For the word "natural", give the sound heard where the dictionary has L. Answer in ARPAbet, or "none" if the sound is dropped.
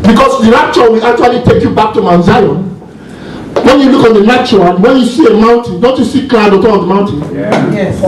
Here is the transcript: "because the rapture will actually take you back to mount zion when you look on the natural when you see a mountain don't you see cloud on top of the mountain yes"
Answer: N